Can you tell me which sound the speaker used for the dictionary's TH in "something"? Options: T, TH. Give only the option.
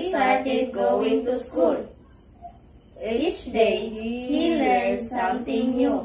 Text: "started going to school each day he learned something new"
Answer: T